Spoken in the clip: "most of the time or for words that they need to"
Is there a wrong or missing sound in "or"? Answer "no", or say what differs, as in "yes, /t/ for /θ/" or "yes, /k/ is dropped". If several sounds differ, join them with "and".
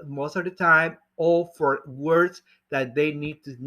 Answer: yes, /l/ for /ɹ/